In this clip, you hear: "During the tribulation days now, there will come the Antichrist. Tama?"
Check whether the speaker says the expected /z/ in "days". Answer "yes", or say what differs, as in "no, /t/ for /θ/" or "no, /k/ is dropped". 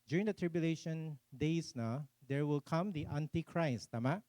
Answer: no, /s/ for /z/